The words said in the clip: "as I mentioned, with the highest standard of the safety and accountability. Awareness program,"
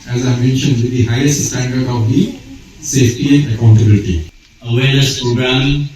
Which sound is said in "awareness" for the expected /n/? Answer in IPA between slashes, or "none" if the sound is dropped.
/l/